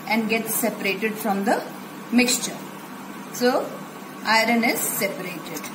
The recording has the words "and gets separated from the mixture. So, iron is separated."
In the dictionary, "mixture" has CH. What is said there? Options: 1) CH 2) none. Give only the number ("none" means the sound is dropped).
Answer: 1